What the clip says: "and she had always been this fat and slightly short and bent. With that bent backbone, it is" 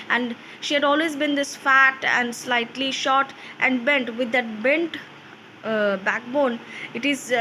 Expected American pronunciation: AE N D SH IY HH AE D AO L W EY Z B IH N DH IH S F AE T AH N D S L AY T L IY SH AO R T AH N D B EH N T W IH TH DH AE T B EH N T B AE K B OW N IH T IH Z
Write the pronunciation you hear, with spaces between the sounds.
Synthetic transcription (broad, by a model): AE N D SH IY HH AE D AO L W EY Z B IH N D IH S F AE T AH N D S L AY T L IY SH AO R T AH N D B EH N T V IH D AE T B EH N T B AE K B OW N IH T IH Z